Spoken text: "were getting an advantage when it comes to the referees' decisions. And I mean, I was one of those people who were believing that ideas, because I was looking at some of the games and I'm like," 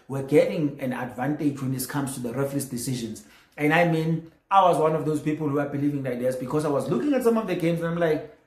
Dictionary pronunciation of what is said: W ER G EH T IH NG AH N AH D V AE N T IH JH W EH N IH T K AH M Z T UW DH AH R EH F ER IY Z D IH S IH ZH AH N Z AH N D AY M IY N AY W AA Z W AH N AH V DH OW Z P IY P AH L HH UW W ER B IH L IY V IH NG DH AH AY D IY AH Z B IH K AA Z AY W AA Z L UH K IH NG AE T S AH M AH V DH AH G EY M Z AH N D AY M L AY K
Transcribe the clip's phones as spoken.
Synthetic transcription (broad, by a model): W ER G EH T IH NG AH N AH D V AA N T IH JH W EH N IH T K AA M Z T UW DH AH R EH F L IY S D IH S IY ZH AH N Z AH N D AY M IY N AY W AA Z W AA N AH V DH OW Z P IY P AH L HH UW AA B IH L IY V IH NG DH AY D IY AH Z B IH K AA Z AY W AA Z L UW K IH NG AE T S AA M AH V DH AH G EY M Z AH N AY M L AY K